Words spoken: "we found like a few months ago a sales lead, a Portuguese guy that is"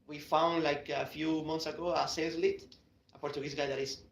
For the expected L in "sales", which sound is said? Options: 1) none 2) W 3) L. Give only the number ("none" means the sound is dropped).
1